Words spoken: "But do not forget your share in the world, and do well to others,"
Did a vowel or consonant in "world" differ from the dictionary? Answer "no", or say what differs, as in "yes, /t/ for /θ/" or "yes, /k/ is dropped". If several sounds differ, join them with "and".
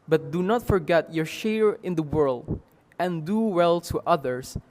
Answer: no